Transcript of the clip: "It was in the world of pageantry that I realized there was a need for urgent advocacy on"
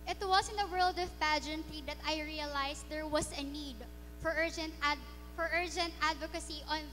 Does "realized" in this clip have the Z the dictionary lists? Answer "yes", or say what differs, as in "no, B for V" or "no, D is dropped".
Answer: no, S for Z